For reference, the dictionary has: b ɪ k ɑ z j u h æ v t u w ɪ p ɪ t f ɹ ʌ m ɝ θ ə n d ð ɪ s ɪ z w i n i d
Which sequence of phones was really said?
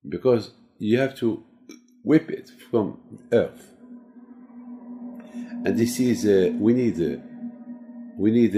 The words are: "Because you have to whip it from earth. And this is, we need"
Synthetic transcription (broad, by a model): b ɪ k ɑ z j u h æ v t u w ɪ p ɪ t f ɹ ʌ m ɝ θ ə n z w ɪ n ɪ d w i n i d